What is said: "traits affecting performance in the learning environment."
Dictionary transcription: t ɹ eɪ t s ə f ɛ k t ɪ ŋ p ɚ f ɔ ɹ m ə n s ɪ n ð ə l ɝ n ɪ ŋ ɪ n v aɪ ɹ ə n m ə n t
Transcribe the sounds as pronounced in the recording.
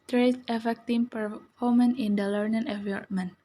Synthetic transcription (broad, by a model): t ɹ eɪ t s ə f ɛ k t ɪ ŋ p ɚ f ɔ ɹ m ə n ɪ n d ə l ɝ n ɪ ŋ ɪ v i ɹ m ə n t